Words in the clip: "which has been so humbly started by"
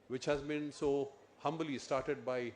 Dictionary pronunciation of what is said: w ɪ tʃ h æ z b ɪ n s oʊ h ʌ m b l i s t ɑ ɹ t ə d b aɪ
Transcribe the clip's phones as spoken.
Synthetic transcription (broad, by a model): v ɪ tʃ h æ z b ɪ n s oʊ h ʌ m b l i s t ɑ ɹ t ə d b aɪ